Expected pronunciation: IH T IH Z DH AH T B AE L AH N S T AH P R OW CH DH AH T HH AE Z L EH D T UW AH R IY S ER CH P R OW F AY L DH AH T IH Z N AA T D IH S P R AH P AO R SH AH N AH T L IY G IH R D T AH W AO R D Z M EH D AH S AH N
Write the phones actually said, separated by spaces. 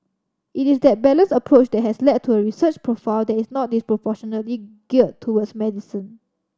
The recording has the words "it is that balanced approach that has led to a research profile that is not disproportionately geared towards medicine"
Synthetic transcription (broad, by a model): IH T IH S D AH T B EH L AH N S AH P R OW CH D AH T HH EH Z L EH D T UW AH R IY S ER CH P R OW F AY L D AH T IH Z N AA T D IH S P R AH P AO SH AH N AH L IY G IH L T T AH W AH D S M EH D AH S AH N